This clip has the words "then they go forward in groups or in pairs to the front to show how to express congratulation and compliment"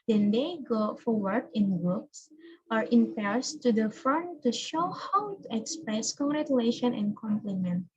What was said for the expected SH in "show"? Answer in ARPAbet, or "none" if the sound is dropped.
SH